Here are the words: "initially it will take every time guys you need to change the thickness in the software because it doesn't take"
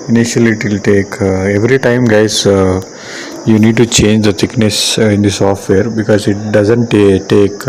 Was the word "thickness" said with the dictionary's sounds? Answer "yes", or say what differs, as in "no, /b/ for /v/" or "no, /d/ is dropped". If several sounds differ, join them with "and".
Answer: no, /t/ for /θ/